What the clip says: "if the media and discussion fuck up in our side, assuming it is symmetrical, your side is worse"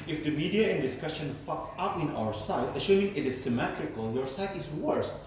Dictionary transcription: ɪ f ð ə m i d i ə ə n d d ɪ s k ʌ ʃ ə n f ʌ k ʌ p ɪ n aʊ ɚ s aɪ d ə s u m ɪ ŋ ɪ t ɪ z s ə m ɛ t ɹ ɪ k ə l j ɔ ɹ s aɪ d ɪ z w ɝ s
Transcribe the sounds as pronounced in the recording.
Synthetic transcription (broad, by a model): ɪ f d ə m i d i ə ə n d d ɪ s k ʌ ʃ ə n f ʌ k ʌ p ɪ n aʊ ɚ s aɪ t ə ʃ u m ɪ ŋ ɪ t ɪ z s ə m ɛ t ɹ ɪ k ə l j ɔ ɹ s aɪ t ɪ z w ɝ s